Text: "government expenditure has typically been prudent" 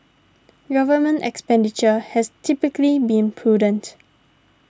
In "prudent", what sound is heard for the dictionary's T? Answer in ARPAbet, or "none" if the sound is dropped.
T